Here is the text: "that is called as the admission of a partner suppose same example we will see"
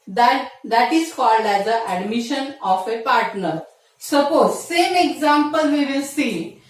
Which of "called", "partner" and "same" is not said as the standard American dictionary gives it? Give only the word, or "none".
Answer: none